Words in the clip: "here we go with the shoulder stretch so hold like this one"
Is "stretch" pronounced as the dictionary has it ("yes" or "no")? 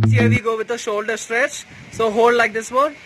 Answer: yes